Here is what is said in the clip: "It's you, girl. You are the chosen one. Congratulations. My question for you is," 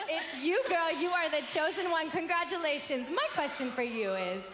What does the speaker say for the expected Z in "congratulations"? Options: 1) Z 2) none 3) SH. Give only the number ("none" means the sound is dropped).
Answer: 1